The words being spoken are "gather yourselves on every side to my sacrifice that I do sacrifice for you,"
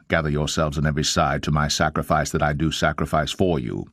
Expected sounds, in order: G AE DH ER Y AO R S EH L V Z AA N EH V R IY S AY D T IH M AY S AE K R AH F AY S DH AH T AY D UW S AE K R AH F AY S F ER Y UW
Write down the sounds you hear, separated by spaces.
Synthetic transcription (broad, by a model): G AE DH ER Y AO R S EH L V Z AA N EH V R IY S AY D T IH M AY S AE K R AH F AY S DH AH T AY D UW S AE K R AH F AY S F ER Y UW